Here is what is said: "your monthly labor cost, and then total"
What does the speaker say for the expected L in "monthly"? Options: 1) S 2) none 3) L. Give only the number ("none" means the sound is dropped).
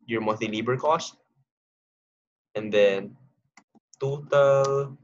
2